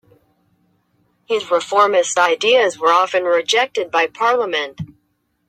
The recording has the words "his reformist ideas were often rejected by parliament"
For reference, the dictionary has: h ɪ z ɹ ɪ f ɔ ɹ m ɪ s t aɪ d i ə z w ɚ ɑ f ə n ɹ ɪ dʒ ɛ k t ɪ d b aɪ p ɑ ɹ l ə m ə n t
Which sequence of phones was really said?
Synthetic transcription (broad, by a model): h ɪ z ɹ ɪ f ɔ ɹ m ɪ s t aɪ d i ə z w ɚ ɑ f ə n ɹ ɪ dʒ ɛ k t ɪ d b aɪ p ɑ ɹ l ə m ə n t